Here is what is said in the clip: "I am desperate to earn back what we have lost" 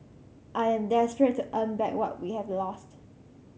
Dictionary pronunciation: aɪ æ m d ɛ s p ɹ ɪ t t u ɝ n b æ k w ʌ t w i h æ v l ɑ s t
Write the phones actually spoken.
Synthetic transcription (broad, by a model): aɪ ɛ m d ɛ s p ɹ ɪ t t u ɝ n b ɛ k w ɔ t w i h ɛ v l ɑ s t